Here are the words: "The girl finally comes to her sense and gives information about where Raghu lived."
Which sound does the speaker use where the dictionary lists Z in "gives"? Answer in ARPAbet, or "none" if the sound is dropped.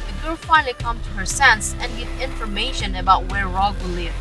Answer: none